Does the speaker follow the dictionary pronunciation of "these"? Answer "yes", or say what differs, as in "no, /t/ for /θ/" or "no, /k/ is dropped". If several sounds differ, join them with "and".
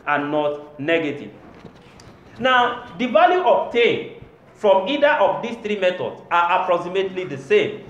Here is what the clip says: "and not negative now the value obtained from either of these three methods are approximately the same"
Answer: no, /s/ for /z/